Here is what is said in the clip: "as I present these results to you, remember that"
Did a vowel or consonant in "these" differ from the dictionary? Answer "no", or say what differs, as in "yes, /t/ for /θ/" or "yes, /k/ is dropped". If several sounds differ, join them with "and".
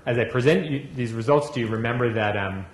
no